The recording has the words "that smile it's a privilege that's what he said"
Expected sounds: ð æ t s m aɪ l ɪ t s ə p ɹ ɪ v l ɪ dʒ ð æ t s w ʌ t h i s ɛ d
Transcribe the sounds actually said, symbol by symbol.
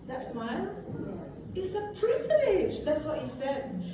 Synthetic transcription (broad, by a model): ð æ t s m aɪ n ɪ t s ə p ɹ ɪ v l ɪ dʒ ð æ t s w ʌ t h i s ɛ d